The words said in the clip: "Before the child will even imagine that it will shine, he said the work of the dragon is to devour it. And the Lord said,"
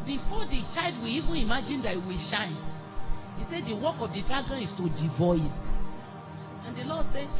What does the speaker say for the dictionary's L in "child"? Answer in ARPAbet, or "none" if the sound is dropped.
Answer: L